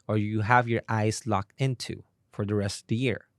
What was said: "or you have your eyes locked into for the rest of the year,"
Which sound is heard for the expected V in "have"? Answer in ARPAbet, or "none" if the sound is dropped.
V